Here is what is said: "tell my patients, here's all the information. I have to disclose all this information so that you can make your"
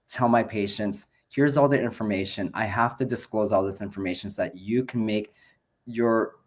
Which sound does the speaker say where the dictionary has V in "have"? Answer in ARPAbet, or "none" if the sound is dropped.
F